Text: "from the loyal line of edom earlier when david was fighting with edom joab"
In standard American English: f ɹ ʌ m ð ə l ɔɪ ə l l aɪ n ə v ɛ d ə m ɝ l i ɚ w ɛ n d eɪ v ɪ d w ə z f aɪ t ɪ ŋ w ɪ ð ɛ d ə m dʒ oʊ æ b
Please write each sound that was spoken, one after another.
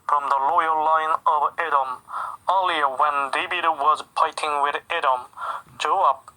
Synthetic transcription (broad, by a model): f ɹ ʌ m ð ə l ɔɪ ə l l aɪ n ə v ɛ d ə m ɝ l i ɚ w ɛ n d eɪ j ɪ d w ə z p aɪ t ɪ ŋ w ɪ ð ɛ d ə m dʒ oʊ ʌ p